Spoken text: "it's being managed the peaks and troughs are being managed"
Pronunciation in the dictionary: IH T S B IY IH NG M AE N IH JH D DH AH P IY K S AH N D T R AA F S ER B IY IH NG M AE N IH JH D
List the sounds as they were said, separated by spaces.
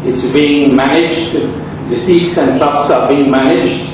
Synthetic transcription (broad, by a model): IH T S B IY IH NG M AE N IH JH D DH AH F IY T S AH N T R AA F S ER B IY IH NG M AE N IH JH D